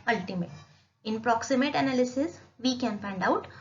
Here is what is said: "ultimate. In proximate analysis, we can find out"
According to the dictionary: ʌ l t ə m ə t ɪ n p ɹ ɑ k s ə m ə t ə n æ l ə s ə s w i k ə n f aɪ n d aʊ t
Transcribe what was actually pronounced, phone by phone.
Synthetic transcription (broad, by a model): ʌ l t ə m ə t ɪ n p ɹ ɑ k s ə m ə t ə n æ l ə s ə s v i k ə n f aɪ n d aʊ t